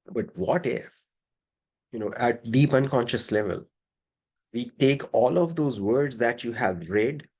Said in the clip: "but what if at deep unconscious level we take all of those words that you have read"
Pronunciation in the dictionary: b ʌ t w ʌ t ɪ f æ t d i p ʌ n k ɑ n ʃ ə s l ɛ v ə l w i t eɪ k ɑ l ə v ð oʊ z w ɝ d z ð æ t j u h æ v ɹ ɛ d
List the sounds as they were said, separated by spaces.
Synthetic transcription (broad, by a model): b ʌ t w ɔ t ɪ f æ t d i p ʌ n k ɑ n ʃ ə s l ɛ v ə l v i t eɪ k ɑ l ə v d oʊ z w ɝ d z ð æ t j u h æ v ɹ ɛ d